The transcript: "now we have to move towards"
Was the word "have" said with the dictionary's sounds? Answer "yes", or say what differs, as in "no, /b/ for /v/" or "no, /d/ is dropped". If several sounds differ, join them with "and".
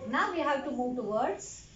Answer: no, /w/ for /v/